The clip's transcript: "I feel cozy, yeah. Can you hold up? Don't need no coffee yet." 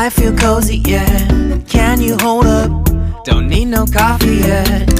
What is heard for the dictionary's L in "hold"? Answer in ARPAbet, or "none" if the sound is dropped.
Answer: L